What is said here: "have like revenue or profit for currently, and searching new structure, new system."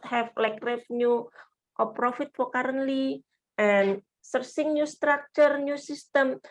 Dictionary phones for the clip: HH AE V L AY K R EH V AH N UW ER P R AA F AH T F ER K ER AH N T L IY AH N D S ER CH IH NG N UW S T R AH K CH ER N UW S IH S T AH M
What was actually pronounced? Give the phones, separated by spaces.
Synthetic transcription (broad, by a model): HH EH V L AY K R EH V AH N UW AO P R AA F AH T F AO K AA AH N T L IY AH N S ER S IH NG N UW S T R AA K CH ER N UW S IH S T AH M